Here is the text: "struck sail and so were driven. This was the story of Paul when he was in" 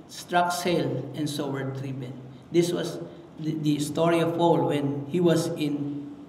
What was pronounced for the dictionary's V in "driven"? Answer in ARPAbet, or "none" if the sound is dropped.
P